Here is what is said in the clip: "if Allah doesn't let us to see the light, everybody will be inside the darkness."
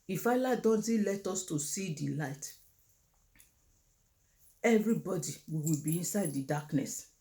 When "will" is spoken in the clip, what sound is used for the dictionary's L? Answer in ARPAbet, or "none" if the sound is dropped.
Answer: W